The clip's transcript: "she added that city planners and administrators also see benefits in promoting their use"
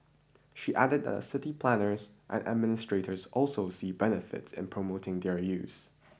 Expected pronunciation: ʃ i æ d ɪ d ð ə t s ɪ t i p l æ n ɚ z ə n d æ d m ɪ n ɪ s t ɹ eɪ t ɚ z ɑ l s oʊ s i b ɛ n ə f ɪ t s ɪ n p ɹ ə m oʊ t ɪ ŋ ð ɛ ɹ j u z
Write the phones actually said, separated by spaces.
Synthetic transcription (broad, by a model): ʃ i æ d ɪ d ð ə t s ɪ t i p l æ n ɚ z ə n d æ d m ɪ n ɪ s t ɹ eɪ t ɚ z ɑ l s oʊ s i b ɛ n ə f ɪ t s ɪ n p ɹ ə m oʊ t ɪ ŋ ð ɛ ɹ j u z